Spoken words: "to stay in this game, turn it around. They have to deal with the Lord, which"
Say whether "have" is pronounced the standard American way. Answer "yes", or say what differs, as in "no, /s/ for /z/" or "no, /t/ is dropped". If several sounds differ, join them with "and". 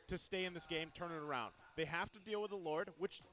no, /f/ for /v/